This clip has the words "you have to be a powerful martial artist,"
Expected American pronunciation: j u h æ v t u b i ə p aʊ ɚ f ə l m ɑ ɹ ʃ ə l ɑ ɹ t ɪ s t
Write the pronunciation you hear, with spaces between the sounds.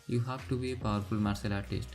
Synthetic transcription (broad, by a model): j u h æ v t u b i ə p aʊ ɚ f ə l m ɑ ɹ s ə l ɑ t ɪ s t